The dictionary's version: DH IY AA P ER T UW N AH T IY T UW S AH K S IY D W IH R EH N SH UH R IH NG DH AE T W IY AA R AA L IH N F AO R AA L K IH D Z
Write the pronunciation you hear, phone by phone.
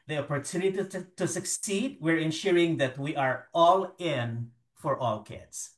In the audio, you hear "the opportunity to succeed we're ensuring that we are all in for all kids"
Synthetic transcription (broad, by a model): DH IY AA P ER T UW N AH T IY T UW S AH K S IY D W IH R EH N SH UH R IH NG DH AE T W IY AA R AA L IH N F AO R AA L K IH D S